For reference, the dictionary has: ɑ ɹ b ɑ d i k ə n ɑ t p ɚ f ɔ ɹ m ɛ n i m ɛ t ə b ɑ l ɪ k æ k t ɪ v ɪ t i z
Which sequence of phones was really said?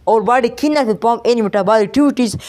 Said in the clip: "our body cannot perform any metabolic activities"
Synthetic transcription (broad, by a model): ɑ ɹ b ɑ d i k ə n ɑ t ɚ p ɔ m ɛ n i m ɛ t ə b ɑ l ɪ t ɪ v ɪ t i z